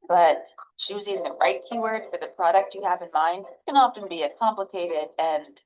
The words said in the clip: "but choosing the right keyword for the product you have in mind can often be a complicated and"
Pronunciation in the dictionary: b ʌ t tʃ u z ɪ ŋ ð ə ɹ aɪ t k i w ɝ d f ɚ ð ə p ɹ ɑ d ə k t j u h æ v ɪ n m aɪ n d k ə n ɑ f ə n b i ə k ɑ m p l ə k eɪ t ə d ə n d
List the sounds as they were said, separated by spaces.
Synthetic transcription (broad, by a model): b ʌ t tʃ u z ɪ ŋ ð ə ɹ aɪ t k i w ɝ d f ɚ ð ə p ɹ ɑ d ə k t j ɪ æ v ɪ n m aɪ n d k ə n ɑ f ə n b i ə k ɑ m p l ə k eɪ t ə d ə n